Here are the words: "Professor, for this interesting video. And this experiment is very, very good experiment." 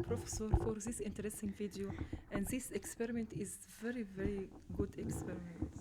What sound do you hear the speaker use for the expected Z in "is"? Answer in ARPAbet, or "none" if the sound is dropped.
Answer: Z